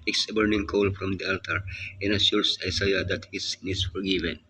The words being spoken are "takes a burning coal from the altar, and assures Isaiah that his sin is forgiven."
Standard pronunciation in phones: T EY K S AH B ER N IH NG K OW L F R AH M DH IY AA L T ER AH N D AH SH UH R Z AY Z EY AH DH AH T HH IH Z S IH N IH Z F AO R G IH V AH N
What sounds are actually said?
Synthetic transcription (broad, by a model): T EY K S AH B ER N IH NG K OW L F R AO M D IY AA L T ER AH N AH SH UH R S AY S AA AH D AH T HH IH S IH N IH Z F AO R G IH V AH N